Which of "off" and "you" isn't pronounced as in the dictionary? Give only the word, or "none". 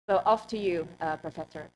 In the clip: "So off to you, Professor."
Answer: none